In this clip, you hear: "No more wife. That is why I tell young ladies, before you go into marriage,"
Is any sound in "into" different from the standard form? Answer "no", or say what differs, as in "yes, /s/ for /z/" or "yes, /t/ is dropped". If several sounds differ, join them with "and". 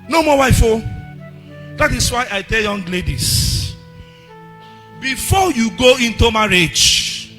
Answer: no